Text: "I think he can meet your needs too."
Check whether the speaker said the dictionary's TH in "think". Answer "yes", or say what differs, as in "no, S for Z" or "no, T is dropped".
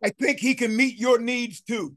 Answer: yes